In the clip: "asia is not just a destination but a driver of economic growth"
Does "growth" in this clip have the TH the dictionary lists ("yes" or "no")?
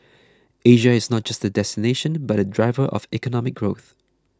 yes